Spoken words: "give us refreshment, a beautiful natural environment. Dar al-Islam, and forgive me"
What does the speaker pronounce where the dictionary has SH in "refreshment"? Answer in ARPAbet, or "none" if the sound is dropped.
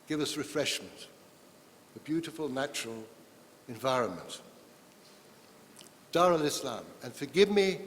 SH